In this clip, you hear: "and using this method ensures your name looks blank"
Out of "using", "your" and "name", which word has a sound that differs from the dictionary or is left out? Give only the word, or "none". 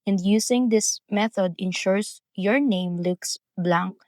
using